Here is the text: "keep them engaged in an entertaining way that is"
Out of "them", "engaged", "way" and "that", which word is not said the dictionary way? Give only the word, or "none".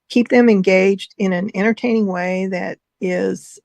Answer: none